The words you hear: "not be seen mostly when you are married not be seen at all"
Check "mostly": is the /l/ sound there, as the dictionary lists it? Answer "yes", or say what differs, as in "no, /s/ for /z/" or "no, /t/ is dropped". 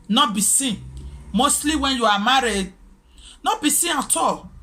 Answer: yes